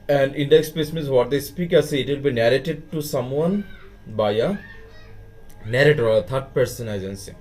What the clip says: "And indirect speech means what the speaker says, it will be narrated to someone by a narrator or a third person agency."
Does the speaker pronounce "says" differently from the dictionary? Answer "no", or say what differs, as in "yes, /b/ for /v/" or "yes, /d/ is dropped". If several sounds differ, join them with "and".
yes, /z/ is dropped